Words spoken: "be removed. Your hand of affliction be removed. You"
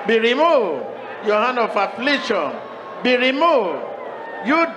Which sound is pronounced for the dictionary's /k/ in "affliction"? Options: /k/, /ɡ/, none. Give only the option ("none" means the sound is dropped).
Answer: none